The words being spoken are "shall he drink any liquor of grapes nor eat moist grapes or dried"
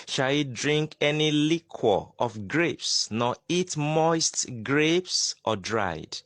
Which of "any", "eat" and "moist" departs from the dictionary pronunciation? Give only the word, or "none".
none